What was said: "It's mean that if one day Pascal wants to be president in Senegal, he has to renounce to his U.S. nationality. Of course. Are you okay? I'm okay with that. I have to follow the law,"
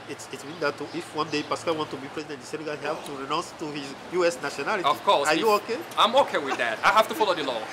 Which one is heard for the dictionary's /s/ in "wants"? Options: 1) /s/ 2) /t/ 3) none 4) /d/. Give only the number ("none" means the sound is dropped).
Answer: 3